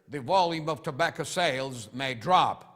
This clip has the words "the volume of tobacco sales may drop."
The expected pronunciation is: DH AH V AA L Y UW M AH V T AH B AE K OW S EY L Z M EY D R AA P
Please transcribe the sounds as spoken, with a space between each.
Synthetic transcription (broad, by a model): DH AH V AA L Y UW M AH V T AH B AE K OW S EY L Z M EY D R AA P